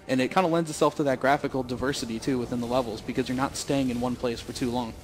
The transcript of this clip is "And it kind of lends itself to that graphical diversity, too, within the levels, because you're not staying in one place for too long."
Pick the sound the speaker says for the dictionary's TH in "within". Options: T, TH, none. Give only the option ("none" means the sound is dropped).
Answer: TH